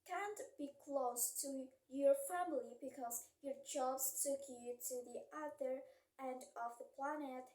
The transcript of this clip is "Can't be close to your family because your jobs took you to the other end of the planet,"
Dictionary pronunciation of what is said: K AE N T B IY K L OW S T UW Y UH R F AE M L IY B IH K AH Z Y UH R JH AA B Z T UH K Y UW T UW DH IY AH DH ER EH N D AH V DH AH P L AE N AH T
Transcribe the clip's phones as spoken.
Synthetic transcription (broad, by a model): K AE N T B IY K L OW S T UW Y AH R F AE M L IY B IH K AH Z Y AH R JH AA B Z T UH K Y UW T UW DH IY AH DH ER EH N D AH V DH AH P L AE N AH T